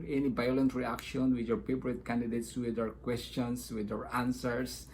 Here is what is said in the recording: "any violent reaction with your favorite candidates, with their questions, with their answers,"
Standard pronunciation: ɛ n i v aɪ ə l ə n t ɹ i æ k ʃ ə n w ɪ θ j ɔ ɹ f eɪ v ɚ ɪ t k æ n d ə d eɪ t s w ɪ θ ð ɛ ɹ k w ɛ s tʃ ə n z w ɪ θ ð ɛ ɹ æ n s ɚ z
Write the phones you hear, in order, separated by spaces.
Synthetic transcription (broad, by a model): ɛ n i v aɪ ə l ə n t ɹ i æ k ʃ ə n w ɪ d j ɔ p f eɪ p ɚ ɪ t k æ n d ə d eɪ t s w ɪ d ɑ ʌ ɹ k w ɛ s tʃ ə n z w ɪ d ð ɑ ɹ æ n s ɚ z